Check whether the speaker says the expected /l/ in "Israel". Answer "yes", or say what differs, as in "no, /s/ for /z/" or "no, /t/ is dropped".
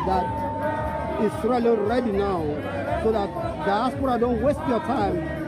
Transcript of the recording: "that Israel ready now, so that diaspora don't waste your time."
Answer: no, /n/ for /l/